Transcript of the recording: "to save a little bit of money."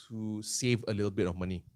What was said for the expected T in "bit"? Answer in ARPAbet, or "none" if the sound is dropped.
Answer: T